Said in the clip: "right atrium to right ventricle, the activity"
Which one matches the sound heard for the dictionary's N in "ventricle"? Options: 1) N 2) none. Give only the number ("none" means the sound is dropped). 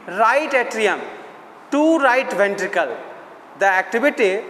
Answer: 1